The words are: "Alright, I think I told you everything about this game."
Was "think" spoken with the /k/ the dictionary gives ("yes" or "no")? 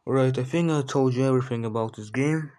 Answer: no